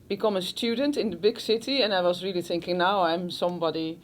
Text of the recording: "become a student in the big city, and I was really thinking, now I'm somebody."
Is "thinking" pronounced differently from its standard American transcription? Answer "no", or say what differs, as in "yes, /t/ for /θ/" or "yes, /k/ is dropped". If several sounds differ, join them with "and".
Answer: no